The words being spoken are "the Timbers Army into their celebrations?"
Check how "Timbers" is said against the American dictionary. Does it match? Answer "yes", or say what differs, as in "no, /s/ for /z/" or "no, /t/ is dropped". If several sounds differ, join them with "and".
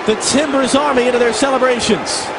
yes